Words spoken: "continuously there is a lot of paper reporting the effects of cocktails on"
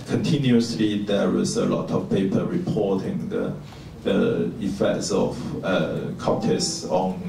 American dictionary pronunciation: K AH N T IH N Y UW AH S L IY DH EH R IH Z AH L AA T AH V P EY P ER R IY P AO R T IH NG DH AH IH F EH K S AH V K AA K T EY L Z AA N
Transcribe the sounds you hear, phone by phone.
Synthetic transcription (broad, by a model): K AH N T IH N Y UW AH S L IY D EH W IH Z AH L AA T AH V P EY P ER R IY P AO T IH NG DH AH IH F EH K S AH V K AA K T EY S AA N